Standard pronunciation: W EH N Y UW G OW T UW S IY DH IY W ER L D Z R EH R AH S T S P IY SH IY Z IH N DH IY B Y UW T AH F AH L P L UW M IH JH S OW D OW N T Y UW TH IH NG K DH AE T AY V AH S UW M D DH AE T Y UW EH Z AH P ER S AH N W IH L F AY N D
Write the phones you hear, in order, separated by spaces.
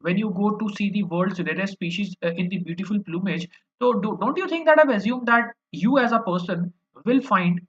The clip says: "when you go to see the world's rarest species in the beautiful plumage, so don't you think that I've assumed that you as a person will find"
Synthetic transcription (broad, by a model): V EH N Y UW G OW T UW S IY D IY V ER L D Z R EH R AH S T S P IY SH IY Z IH N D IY B Y UW T AH F AH L P L UW M IH JH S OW D OW N T Y UW T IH NG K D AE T AY V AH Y UW M D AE T Y UW EH Z AH P ER S AH N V IH L F AY N D